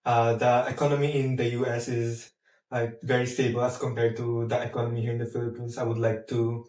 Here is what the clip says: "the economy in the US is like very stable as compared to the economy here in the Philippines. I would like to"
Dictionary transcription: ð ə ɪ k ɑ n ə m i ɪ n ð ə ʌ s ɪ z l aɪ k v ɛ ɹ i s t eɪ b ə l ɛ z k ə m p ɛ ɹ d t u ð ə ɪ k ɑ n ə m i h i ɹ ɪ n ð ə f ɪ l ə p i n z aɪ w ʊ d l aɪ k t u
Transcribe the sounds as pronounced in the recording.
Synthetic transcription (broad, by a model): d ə ɪ k ɑ n ə m i ɪ n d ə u s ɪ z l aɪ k v ɛ ɹ i s t eɪ b ə l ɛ s k ə m p ɛ ɹ d t u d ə ɪ k ɑ n ə m i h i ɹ ɪ n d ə f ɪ l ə p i n s aɪ w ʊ d l aɪ k t u